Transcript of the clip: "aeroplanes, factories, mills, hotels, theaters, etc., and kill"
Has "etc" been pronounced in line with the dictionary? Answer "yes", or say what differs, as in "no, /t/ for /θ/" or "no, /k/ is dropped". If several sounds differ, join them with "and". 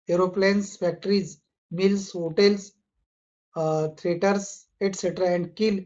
yes